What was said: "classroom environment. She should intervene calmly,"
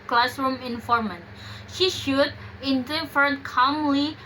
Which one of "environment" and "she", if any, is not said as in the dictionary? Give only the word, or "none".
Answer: environment